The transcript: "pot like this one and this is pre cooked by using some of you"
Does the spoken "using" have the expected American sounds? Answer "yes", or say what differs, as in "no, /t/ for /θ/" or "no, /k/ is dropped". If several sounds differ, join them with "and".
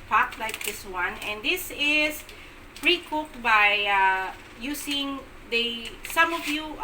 no, /s/ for /z/